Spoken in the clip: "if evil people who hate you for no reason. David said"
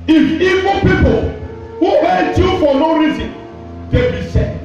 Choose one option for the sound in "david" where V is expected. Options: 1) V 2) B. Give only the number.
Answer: 2